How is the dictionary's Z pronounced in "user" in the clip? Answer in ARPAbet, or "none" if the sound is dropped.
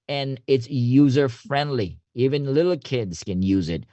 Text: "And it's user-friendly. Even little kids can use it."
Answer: Z